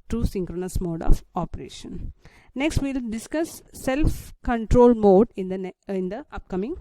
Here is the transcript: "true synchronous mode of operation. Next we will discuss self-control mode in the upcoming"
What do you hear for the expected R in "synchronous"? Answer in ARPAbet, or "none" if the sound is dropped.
R